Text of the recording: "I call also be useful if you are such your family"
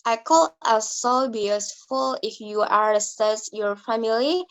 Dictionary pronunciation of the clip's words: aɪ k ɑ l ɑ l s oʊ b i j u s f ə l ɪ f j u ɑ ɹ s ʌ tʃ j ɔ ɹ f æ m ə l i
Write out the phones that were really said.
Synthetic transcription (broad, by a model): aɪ k ɑ l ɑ s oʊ b i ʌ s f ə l ɪ f j u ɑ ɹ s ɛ s j ɔ ɹ f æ m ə l i